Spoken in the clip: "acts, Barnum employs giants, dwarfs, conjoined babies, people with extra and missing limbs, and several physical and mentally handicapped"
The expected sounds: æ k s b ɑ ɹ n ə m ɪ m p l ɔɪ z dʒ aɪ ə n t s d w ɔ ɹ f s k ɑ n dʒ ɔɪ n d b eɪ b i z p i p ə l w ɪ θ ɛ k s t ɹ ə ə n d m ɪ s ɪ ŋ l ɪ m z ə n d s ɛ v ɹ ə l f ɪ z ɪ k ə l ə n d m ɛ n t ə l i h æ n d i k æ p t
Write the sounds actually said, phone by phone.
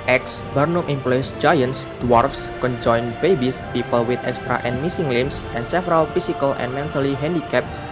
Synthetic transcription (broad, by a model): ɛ k s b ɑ ɹ n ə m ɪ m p l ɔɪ s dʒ aɪ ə n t s d w ɔ ɹ f s k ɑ n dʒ ɔɪ n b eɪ b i s p i p ə l w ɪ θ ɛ k s t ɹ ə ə n m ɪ s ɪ ŋ l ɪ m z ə n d s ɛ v ɹ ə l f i s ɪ k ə l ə n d m ɛ n t ə l i h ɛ n d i k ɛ p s